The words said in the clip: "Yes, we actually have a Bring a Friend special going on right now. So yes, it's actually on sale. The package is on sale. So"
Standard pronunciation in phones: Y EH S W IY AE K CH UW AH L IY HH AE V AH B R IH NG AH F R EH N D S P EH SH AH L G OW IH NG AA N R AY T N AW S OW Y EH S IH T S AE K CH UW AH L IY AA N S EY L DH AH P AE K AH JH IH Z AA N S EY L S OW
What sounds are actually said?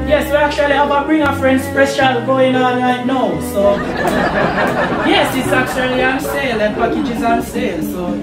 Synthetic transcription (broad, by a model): Y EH S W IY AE K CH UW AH L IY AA B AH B R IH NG AH F R EH N D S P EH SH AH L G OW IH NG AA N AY N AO S OW Y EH S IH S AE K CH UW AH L IY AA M S EY L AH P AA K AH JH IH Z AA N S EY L S OW